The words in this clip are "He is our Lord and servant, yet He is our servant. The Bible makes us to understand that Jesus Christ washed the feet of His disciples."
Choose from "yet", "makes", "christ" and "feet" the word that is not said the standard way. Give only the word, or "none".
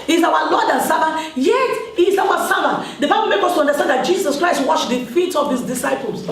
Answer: makes